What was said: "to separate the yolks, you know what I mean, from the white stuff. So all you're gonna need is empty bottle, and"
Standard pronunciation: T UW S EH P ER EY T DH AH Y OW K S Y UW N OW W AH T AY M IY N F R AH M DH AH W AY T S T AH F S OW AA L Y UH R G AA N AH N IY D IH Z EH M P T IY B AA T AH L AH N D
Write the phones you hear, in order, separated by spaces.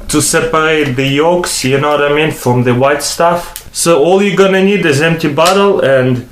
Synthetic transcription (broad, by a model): T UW S EH P ER EY T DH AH Y OW K S Y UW N OW W AH T AY M IY N F R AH M DH AH W AY T S T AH F S OW AA L Y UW G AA N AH N IY D IH Z EH M P T IY B AA T AH L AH N D